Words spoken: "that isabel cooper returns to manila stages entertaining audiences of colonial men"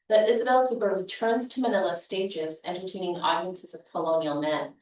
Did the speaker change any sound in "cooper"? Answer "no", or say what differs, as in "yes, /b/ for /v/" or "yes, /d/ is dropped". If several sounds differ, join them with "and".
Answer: yes, /b/ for /p/